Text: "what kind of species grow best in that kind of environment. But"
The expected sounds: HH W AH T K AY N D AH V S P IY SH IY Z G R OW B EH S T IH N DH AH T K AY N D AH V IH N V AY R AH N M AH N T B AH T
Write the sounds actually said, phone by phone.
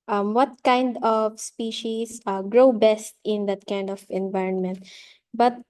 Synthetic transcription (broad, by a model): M W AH T K AY N D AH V S P IY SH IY S G R OW B EH S T IH N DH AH T K AY N D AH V IH N V AY R AH N M AH N T B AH T